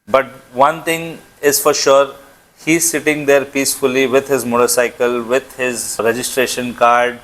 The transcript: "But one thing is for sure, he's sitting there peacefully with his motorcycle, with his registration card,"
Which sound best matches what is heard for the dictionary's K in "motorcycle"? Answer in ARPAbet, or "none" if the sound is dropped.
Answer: K